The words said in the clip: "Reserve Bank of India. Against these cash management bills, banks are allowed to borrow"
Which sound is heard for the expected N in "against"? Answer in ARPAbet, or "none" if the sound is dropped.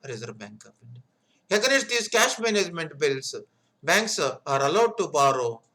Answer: none